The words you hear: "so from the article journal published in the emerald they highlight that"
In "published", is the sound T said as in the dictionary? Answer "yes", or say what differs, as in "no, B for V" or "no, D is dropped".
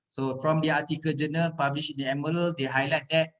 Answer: no, T is dropped